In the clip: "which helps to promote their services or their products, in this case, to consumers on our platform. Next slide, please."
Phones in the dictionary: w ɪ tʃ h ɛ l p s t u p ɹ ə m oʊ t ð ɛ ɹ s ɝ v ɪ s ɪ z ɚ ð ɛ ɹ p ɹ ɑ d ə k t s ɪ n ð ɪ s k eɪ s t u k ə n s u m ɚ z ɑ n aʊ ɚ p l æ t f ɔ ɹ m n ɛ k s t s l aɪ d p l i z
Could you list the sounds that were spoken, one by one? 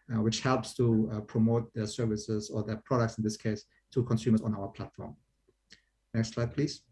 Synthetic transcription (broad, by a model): w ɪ tʃ h ɛ l p s t u p ɹ ə m oʊ t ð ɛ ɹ s ɝ v ɪ s ɪ z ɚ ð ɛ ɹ p ɹ ɑ d ə k t s ɪ n ð ɪ s k eɪ s t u k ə n s u m ɚ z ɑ n aʊ ɚ p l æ t f ɔ ɹ m n ɛ k s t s l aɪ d p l i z